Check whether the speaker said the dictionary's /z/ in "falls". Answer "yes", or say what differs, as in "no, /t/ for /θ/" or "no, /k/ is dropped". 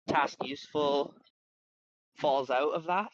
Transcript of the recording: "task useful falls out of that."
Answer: yes